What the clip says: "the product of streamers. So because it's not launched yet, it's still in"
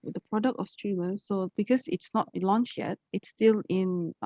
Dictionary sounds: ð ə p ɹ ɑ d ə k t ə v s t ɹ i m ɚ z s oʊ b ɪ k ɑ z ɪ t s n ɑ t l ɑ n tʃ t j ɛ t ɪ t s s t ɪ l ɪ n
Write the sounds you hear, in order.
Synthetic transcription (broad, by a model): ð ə p ɹ ɑ d ə k t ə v s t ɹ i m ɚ s oʊ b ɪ k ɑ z ɪ t s n ɑ t l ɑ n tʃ j ɛ t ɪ t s s t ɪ l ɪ n